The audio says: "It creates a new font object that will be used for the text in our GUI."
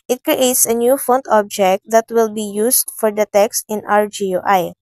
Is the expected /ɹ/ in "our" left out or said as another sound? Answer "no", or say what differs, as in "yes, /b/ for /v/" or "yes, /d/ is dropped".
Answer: no